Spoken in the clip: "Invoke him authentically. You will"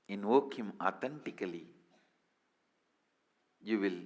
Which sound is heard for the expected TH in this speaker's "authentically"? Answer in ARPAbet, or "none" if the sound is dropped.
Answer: T